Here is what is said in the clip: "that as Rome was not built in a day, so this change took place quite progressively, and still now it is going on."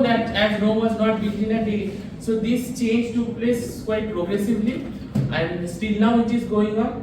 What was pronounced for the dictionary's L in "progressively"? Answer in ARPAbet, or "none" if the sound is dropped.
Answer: L